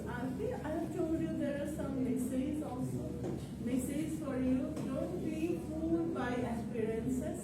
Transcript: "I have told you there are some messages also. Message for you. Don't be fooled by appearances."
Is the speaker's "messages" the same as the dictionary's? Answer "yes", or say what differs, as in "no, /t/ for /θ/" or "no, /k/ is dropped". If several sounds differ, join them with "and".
no, /dʒ/ is dropped